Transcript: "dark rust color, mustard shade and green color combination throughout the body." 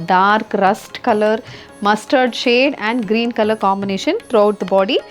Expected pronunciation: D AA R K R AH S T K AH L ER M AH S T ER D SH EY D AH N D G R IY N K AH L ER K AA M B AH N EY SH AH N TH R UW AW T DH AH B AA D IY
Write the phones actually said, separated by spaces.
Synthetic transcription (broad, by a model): D AA R K R AH S T K AH L ER M AH S T ER D SH EY D AH N D G R IY N K AH L ER K AA M B AH N EY SH AH N T R UW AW T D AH B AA D IY